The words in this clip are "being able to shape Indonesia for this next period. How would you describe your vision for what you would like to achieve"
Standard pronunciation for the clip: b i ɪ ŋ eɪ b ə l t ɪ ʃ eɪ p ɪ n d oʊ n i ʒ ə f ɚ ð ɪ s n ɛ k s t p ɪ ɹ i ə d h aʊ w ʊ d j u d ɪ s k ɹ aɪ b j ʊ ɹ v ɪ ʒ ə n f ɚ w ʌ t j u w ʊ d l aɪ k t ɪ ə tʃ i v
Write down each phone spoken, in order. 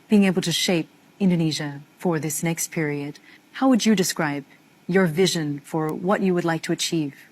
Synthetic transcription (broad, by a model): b i ɪ ŋ eɪ b l t ɪ ʃ eɪ p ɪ n d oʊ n i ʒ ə f ɚ ð ɪ s n ɛ k s t p ɪ ɹ i ə d h aʊ w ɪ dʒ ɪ d ɪ s k ɹ aɪ b j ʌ ɹ v ɪ ʒ ə n f ɚ w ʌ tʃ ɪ w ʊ d l aɪ k t ɪ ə tʃ i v